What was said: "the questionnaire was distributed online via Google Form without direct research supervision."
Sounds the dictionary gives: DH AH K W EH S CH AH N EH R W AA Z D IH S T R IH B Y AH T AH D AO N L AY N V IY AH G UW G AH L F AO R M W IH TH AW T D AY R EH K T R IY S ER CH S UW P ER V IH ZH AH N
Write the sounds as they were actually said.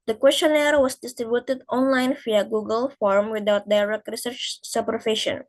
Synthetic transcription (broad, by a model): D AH K W EH S CH AH N EH R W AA S D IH S T R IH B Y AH T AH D AO N L AY N F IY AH G UW G AH L F AO R M W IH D AW T D AY R EH K T R IY S ER CH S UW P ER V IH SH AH N